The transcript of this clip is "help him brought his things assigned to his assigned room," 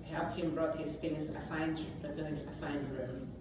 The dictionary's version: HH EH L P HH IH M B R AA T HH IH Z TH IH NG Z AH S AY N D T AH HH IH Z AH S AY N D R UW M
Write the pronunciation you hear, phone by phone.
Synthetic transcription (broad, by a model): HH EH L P HH IH M B R AA T HH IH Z F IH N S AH S AY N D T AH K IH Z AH S AY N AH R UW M